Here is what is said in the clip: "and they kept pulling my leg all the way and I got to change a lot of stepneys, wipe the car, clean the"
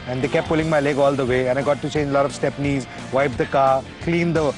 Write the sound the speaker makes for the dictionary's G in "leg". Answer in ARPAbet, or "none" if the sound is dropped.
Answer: G